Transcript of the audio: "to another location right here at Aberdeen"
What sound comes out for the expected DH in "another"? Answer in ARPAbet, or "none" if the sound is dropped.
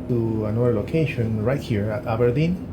none